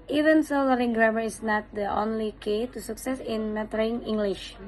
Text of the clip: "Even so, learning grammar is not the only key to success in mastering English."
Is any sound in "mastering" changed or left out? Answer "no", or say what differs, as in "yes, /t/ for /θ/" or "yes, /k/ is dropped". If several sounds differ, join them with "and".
yes, /s/ is dropped